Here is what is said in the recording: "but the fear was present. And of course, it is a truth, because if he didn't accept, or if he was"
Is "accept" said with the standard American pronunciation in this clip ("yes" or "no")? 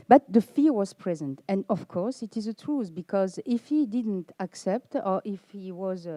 yes